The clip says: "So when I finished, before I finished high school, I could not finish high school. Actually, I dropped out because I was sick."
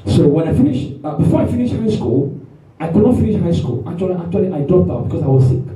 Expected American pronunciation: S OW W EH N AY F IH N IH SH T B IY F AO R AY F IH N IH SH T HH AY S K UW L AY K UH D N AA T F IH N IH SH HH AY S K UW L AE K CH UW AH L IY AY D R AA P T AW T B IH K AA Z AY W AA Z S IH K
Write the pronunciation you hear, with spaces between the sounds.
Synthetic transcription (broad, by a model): S OW W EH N AY F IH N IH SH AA B IY F AO R AY F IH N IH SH HH AY S K UW L AY K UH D N AA T F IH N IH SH HH AY S K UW L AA K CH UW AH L IY AY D AA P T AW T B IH K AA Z AY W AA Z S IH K